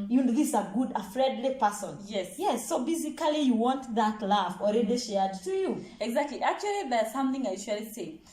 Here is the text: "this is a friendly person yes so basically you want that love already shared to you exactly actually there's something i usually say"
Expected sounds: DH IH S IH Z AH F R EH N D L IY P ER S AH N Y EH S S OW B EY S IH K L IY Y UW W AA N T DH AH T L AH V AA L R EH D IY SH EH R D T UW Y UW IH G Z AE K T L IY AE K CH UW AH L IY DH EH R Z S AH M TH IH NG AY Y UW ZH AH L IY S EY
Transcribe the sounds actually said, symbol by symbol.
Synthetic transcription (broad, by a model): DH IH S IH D AH F R EH N D L IY P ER S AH N Y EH S S OW B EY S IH K L IY Y UW W AA N T DH AH T L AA F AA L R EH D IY SH EH R D T UW Y UW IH G Z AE K T L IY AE K CH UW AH L IY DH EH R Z S AH M TH IH NG AY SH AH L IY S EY